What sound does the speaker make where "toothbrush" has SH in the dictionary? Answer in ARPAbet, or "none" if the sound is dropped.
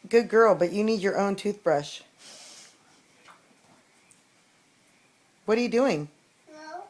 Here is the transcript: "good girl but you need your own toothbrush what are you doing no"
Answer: SH